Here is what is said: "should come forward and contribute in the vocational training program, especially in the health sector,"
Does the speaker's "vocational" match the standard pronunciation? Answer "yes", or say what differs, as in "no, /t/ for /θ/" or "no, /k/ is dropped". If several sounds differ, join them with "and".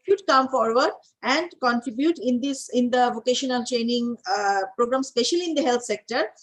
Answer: yes